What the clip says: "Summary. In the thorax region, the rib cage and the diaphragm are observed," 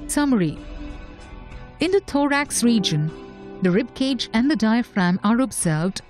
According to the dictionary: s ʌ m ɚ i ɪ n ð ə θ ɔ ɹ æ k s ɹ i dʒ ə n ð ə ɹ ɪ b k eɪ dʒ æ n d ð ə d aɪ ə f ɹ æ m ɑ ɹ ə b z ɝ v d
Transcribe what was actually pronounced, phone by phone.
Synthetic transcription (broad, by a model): s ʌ m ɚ i ɪ n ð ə t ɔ ɹ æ k s ɹ i dʒ ə n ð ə ɹ ɪ b k eɪ dʒ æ n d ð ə d aɪ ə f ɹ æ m ɑ ɹ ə b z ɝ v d